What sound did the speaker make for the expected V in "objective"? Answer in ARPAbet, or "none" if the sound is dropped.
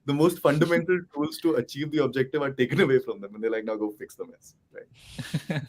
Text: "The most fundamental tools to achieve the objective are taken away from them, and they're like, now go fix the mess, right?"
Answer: V